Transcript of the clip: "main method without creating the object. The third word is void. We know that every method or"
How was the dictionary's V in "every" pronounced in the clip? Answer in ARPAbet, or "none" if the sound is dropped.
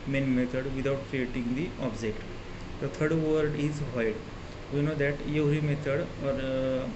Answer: none